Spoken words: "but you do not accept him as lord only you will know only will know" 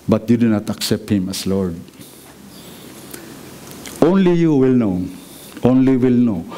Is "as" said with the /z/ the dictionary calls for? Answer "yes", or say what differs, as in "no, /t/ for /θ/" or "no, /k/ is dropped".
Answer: no, /s/ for /z/